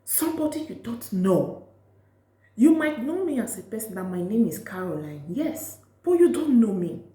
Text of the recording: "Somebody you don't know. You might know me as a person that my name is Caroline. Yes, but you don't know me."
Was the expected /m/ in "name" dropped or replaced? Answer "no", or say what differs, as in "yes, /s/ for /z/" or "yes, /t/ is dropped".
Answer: no